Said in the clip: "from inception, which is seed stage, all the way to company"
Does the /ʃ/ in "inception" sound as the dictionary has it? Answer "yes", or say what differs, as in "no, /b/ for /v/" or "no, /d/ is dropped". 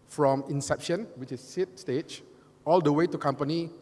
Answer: yes